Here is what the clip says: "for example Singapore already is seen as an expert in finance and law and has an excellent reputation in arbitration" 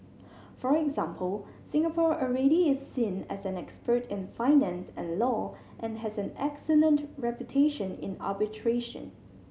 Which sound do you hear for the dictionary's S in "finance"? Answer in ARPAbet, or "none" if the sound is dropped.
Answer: S